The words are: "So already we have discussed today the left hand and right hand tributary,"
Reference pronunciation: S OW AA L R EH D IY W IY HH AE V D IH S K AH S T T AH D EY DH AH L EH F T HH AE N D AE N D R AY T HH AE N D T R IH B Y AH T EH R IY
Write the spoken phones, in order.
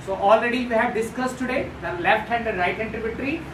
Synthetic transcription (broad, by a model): S OW AA L R EH D IY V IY HH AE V D IH S K AH S T T AH D EY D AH L EH F T HH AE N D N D R AY T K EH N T R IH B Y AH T R IY